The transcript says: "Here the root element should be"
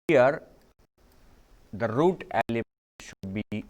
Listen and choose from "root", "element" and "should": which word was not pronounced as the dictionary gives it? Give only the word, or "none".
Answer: element